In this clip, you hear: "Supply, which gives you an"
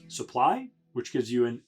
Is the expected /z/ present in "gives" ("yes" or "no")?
yes